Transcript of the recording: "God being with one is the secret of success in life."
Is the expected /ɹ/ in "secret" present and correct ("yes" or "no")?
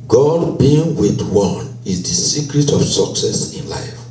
yes